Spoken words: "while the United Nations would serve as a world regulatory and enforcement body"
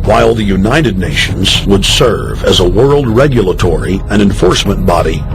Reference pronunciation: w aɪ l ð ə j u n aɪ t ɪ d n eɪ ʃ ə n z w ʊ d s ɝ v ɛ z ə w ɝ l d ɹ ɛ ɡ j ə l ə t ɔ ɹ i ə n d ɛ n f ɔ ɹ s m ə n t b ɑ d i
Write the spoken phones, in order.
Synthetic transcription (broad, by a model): w aɪ l ð ə j u n aɪ t ɪ d n eɪ ʃ ə n z w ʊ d s ɝ v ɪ z ə w ɝ l d ɹ ɛ ɡ j ə l ə t ɔ ɹ i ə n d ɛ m f ɔ ɹ s m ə n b ɑ d i